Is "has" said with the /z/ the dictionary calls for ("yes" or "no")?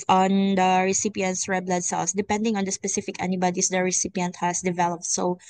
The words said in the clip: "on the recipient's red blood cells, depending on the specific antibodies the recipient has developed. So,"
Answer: no